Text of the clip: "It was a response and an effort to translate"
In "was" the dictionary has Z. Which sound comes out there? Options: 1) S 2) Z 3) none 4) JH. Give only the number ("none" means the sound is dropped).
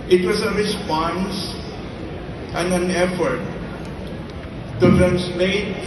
1